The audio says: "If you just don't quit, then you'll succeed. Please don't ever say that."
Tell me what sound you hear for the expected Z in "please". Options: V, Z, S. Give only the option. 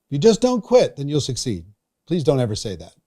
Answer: Z